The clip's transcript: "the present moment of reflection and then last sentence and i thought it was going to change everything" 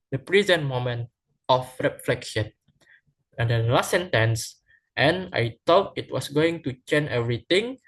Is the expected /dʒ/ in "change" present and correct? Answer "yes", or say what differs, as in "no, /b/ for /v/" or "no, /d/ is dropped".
no, /dʒ/ is dropped